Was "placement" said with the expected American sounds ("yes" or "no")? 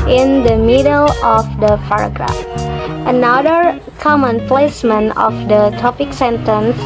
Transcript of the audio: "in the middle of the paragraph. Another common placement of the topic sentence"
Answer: no